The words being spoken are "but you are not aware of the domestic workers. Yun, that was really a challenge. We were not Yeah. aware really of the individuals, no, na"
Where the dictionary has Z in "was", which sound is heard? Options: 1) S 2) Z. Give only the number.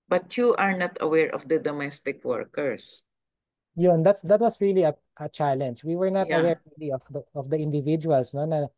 1